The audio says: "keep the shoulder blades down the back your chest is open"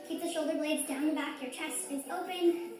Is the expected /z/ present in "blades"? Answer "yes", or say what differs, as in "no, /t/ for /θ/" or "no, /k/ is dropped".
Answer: yes